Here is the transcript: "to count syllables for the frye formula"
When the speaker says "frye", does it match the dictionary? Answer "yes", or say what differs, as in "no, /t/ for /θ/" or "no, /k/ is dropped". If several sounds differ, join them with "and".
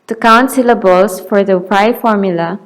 no, /p/ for /f/